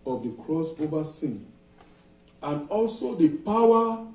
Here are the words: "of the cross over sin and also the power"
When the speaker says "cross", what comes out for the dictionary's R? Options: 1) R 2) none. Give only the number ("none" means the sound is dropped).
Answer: 1